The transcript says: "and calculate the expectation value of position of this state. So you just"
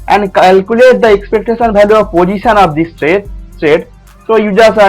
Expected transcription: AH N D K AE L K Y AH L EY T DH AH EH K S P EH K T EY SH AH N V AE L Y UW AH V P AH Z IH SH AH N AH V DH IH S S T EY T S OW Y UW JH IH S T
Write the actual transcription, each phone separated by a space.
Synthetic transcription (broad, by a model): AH N D K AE L K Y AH L EY T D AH EH K S P EH K T EY SH AH N B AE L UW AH P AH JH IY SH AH N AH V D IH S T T EY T S OW Y UW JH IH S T